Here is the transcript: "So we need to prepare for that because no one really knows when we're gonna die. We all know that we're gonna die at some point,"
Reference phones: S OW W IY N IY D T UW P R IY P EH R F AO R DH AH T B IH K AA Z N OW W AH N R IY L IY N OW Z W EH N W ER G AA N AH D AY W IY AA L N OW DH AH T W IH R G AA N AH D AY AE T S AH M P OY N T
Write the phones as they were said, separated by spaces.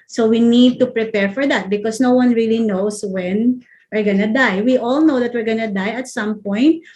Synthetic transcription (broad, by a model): S OW W IY N IY D T UW P R IY P EH R F AO R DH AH T B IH K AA S N OW W AH N R IY L IY N OW S W EH N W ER G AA N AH D AY W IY AA L N OW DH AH T W IH R G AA N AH D AY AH T S AH M P OY N T